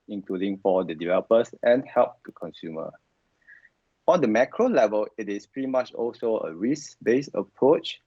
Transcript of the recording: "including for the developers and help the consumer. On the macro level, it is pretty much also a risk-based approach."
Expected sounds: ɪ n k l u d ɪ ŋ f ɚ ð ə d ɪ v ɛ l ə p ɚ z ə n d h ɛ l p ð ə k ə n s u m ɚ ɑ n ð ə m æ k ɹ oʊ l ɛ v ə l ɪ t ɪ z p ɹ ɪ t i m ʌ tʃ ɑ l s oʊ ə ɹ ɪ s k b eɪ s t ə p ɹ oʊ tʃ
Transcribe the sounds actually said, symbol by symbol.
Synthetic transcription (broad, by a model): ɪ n k l u d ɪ ŋ f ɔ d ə d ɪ v ɛ l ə p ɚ s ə n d h ɛ l p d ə k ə n s u m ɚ ɑ n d ə m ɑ k ɹ oʊ l ɛ v ə l ɪ t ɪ s p ɹ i m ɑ tʃ ɑ l s oʊ ə ɹ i s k b eɪ s ə p ɹ oʊ tʃ